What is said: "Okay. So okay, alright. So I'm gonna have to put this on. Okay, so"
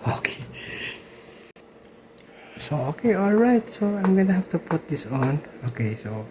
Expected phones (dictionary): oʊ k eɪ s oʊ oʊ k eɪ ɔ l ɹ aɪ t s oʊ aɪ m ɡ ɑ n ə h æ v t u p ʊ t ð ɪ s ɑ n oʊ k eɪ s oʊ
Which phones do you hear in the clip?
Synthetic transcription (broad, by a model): oʊ k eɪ s oʊ oʊ k eɪ ɔ l ɹ aɪ t s oʊ aɪ m ɡ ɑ n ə h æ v t u p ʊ t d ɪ s ɑ n oʊ k eɪ s oʊ